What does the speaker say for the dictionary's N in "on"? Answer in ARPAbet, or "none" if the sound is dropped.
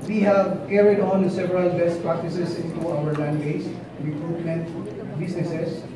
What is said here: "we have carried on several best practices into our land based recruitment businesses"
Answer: N